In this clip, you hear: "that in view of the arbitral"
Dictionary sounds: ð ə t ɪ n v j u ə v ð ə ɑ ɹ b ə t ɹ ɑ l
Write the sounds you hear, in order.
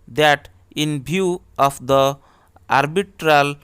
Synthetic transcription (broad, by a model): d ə t ɪ n b j u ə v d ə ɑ ɹ b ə t ɹ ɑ l